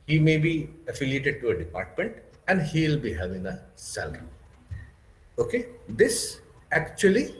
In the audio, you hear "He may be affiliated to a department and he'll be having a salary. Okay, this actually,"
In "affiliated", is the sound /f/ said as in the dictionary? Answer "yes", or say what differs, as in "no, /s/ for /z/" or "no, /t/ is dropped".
yes